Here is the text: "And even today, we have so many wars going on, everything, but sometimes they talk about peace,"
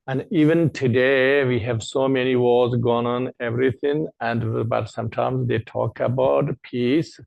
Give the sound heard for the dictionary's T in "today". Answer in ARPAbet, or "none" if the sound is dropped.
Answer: T